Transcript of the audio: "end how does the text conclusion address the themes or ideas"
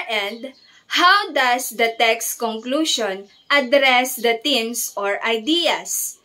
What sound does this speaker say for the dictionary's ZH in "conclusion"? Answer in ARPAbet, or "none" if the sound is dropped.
SH